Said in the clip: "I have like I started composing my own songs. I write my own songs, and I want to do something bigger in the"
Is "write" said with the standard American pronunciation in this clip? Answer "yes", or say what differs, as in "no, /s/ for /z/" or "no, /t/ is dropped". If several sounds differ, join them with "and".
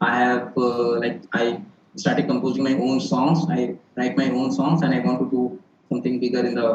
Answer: no, /l/ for /ɹ/